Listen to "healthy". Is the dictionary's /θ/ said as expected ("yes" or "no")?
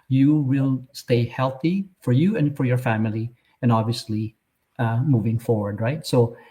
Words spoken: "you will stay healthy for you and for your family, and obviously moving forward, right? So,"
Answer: yes